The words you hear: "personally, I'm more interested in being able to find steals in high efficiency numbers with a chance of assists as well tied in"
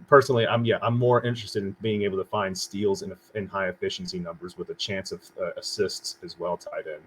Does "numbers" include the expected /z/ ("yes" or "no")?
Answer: yes